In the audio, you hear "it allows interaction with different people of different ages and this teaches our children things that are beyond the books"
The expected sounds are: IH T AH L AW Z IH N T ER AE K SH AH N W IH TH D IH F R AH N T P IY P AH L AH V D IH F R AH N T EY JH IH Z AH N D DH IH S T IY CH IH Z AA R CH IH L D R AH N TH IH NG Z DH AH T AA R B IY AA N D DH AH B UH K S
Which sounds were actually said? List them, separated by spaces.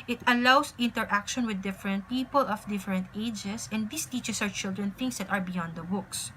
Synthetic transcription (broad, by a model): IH T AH L AW S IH N T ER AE K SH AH N W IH D IH F R AH N T P IY P AH L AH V D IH F R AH N T EY JH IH S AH N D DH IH S T IY CH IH S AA W CH IH L D R AH N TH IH NG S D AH T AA R B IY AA N D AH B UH K S